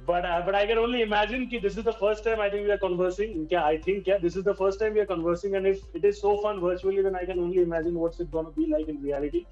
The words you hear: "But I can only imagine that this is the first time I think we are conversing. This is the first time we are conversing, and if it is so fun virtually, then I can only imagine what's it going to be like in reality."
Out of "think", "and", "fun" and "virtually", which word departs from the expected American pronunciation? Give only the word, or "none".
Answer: think